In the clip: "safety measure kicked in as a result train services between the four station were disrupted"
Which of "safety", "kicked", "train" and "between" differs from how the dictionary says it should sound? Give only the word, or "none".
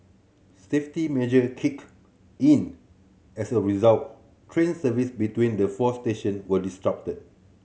kicked